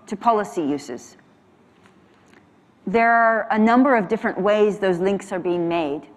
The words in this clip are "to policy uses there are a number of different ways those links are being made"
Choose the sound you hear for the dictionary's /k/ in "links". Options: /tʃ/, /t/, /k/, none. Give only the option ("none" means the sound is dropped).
/k/